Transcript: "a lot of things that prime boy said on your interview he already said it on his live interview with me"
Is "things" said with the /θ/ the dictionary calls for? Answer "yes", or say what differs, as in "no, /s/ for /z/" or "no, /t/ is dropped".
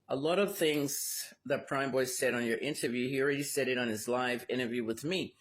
yes